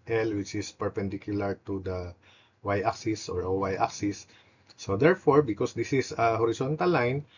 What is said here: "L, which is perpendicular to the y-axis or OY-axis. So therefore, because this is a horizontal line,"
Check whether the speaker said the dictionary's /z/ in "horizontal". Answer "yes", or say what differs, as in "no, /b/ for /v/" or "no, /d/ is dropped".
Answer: no, /s/ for /z/